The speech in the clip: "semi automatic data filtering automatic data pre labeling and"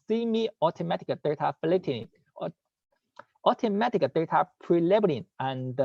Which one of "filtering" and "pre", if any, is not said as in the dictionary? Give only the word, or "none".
filtering